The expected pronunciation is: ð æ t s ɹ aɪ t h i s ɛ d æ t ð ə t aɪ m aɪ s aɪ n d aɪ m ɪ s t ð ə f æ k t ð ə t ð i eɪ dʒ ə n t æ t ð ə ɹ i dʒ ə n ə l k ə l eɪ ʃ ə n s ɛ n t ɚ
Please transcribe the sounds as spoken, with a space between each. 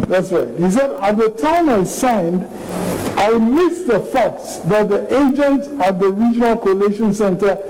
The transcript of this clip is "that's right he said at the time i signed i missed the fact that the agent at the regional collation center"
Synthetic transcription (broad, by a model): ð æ t s ɹ aɪ t h i s ɛ d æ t ð ə t aɪ m aɪ s aɪ n d aɪ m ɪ s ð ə f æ k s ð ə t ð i eɪ dʒ ə n t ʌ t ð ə ɹ i dʒ ə n ə l k ə l eɪ ʃ ə n s ɛ n t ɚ